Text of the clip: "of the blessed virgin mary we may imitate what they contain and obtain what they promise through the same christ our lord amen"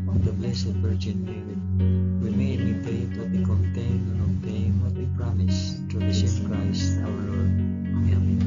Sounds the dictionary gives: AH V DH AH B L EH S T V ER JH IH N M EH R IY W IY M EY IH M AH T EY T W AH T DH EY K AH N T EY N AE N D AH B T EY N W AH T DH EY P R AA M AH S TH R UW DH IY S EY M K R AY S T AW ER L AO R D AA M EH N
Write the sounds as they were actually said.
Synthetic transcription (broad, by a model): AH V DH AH B L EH S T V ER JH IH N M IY W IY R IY M EY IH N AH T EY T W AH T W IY K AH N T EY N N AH T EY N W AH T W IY P R AA M AH S T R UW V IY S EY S K R AY S T AW ER L AO R D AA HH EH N